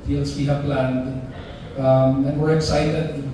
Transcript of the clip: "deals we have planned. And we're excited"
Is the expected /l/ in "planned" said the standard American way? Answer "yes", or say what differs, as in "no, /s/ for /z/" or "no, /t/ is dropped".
yes